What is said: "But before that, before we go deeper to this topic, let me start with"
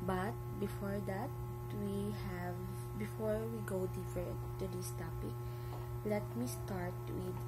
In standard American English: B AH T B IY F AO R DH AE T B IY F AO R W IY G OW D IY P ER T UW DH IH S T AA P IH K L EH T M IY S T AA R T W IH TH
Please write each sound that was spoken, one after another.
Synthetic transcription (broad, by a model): B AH T B IY F AO R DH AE T B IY F AO R W IY G OW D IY F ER T UW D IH S T AA P IH K L EH T M IY S T AA R T W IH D